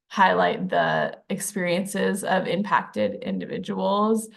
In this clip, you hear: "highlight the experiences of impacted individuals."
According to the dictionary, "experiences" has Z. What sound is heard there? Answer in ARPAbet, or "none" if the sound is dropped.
Z